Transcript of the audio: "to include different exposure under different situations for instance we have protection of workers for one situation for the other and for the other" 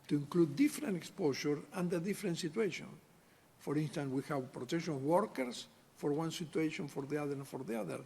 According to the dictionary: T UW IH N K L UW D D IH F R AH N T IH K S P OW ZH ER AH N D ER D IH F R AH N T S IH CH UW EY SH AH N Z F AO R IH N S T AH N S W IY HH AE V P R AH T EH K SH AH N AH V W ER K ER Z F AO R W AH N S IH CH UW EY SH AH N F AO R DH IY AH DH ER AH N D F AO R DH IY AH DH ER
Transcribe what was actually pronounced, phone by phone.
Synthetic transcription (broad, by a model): T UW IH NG K L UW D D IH F R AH N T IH K S P OW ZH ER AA N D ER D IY F R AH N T S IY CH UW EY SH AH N F AO R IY N S T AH N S W IY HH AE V P R AH T EH K SH AH N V W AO K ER S F AO R W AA N S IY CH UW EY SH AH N F AO R DH IY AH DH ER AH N F AO R DH IY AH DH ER